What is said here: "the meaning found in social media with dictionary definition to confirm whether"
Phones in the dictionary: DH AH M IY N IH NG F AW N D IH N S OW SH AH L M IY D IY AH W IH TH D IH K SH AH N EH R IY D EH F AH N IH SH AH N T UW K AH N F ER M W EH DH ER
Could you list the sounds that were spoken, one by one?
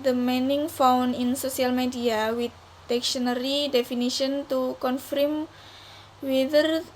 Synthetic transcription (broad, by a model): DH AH M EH N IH NG F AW N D IH N S OW S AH L M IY D IY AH W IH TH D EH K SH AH N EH R IY D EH F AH N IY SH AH N T UW K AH N F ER M W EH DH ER